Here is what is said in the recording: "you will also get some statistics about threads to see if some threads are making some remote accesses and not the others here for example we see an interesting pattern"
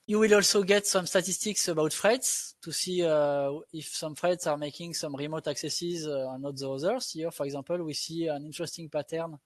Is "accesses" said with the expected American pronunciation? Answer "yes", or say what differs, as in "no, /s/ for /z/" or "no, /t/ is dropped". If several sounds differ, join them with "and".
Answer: yes